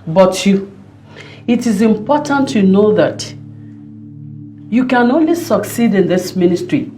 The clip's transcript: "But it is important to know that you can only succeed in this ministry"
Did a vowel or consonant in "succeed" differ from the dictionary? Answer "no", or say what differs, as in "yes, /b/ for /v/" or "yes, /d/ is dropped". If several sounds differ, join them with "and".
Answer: no